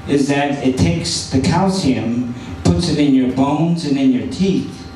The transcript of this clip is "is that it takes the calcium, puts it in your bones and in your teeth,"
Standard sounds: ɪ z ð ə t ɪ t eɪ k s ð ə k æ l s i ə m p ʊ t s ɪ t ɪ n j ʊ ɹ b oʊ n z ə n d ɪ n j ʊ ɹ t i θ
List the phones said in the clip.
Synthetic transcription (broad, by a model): ɪ z ð ə t ɪ t eɪ k s ð ə k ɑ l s i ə m p ʊ t s ɪ t ɪ n j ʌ ɹ b oʊ n z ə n ɪ n j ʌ ɹ t i θ